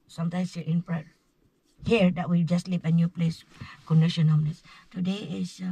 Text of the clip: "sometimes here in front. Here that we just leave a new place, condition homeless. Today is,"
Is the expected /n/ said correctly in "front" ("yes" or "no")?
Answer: no